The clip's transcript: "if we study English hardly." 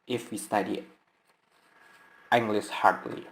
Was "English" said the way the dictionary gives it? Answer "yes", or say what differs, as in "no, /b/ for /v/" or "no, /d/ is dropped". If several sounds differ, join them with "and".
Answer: no, /s/ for /ʃ/